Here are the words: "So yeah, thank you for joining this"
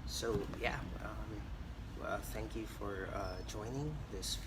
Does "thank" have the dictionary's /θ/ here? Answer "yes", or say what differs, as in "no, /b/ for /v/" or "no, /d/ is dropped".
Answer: yes